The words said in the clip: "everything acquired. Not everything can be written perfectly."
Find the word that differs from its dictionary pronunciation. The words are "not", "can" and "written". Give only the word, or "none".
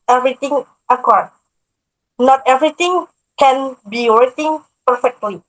written